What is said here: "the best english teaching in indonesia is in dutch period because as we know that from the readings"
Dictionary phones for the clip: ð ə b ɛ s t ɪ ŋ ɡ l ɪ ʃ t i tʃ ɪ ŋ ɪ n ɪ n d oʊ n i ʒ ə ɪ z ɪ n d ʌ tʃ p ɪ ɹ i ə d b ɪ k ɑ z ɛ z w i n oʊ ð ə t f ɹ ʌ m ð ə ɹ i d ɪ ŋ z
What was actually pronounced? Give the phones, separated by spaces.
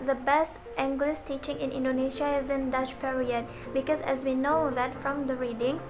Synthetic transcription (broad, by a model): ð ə b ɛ s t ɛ ŋ ɡ l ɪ s t i tʃ ɪ ŋ ɪ n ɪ n d oʊ n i ʃ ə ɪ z ɪ n d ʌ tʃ p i ɹ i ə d b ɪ k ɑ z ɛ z w i n oʊ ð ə t f ɹ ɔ m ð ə ɹ i d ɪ ŋ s